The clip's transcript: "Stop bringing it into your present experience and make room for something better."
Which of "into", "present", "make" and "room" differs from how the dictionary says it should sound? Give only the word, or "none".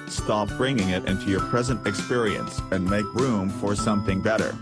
none